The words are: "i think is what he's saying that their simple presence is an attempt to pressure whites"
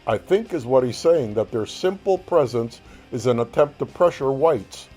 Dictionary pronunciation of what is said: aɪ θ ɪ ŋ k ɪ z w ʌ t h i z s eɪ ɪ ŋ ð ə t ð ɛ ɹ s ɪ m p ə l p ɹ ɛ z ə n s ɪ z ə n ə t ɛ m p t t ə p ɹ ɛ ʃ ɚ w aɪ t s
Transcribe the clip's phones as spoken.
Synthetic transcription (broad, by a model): aɪ θ ɪ ŋ k ɪ z w ʌ t h i z s eɪ ɪ ŋ ð ə t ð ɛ ɹ s ɪ m p l p ɹ ɛ z ə n s ɪ z ə n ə t ɛ m p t t ə p ɹ ɛ ʃ ɚ w aɪ t s